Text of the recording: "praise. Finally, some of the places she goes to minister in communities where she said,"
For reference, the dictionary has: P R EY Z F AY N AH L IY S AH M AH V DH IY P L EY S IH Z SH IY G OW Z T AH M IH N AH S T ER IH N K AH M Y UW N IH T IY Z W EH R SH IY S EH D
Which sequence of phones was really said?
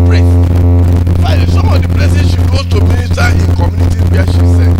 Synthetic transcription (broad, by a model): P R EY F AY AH IY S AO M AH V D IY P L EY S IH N SH IY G OW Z T AH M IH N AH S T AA IH N K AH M Y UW N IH T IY W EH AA SH IY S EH